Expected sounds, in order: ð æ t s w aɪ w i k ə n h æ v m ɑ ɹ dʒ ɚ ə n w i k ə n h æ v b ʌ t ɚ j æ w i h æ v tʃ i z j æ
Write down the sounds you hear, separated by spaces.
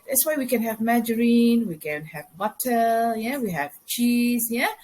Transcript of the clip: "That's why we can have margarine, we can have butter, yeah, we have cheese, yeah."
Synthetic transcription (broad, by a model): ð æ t s w aɪ w i k ə n h æ v m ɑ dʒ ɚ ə n w i k ə n h æ v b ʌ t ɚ j æ w i h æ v tʃ i z j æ